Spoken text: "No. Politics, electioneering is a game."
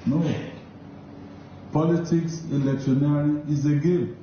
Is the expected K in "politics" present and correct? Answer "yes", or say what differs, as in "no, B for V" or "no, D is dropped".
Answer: yes